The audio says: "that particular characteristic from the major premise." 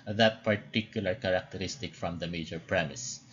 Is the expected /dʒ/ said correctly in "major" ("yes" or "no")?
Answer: yes